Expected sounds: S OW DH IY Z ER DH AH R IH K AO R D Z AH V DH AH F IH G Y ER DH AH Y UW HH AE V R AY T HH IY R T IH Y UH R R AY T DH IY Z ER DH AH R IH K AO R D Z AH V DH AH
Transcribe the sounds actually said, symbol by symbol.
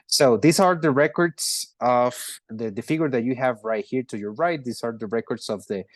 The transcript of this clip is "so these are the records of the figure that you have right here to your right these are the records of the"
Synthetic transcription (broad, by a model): S OW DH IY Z ER DH AH R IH K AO R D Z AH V DH AH F IH G Y ER DH AH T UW HH AE V R AY T HH IY R T IH Y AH R R AY T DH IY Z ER DH AH R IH K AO R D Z AH V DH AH